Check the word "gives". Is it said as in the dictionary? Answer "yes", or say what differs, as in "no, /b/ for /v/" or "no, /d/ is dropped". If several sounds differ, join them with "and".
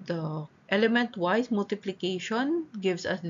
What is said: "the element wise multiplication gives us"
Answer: no, /s/ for /z/